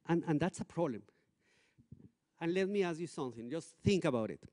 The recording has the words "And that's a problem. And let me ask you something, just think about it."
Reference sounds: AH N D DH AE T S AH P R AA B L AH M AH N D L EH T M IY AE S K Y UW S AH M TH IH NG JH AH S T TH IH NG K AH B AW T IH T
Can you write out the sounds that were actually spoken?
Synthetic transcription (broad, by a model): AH N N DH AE T S AH P R AA B L AH M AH N L EH T M IY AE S Y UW S AH M TH IH NG JH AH S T TH IH NG K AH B AW T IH T